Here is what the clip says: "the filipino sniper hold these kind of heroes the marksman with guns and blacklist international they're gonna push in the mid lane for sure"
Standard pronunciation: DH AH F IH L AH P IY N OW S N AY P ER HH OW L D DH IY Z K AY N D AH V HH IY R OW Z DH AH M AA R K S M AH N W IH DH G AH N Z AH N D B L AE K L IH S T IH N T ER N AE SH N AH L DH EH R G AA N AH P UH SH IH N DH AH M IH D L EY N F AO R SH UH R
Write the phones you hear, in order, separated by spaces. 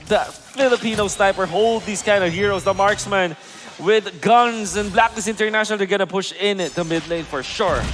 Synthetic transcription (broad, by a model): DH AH F IH L AH P IY N OW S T AY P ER HH OW L D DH IY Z K AY N D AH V HH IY R OW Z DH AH M AA R K S M AH N W IH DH G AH N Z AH N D B L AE K N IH S IH N T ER N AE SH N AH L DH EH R G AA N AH P UH SH IH N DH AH M IH D L EY N F AO R SH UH R